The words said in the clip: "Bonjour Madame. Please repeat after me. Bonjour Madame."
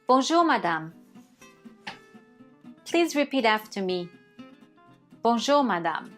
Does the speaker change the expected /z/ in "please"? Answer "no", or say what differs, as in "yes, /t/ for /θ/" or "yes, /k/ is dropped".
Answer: no